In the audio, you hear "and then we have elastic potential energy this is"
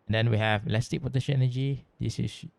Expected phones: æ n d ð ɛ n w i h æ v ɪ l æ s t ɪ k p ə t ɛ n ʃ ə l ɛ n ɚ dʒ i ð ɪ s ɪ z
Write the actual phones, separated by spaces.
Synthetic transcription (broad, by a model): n d ɛ n w i h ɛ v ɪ l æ s t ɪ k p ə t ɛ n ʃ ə n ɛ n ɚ dʒ i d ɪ s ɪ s